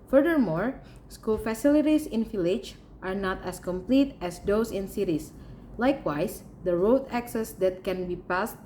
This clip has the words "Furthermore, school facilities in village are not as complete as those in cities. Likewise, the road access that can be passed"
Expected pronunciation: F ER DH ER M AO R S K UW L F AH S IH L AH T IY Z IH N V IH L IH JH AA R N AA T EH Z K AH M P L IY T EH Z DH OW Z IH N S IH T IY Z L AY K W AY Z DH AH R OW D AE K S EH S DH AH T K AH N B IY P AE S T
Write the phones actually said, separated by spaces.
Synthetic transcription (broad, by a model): F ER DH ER M AO R S K UW L F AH S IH L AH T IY S IH N F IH L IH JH AA R N AA T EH S K AH M P L IY T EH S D OW S IH N S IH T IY S L AY K W AY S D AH R OW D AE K S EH S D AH T K AH N B IY P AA S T